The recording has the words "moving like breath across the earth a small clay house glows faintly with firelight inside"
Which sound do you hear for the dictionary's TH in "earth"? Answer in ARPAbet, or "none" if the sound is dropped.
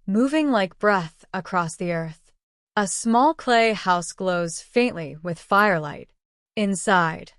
TH